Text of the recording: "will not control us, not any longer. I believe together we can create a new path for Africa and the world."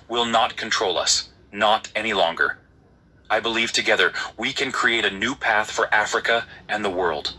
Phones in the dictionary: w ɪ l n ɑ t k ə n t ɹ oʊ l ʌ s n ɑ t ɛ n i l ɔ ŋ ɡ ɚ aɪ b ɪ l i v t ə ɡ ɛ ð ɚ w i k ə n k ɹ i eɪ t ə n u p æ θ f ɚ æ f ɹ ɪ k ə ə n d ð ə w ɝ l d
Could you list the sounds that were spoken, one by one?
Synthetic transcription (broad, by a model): w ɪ l n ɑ t k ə n t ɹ oʊ l ʌ s n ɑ t ɛ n i l ɔ ŋ ɡ ɚ aɪ b ɪ l i v t ə ɡ ɛ ð ɚ w i k ə n k ɹ i eɪ t ə n u p æ θ f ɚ æ f ɹ ɪ k ə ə n ð ə w ɝ l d